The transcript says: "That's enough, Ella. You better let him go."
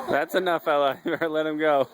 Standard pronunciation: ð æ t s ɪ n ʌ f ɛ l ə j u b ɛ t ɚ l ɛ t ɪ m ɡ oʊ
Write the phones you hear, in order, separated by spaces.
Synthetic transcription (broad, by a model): ð æ t s ɪ n ʌ f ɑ ə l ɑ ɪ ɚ l ɛ t ɪ m ɡ oʊ